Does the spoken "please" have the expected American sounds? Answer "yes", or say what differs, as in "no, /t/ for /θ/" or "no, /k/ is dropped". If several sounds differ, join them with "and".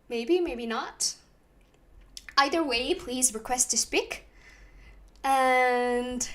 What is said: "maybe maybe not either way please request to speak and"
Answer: yes